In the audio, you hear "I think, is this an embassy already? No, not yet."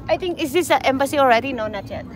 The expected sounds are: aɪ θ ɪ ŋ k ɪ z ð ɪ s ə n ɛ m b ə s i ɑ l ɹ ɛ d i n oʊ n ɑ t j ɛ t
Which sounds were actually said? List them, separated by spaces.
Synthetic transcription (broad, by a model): aɪ t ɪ ŋ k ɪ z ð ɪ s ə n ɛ m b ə s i ɑ l ɹ ɛ d i n oʊ n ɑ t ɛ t